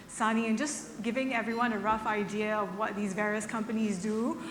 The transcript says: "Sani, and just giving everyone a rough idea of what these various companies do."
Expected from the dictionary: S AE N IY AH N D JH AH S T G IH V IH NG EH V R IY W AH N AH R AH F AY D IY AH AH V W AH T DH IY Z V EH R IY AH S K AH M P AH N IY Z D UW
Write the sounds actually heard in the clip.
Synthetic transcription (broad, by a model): S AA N IY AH N JH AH S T G IH V IH NG EH V R IY W AH N AH R AH F AY D IY AH AH V W AH T DH IY Z V EH R IY AH S K AH M P AH N IY Z D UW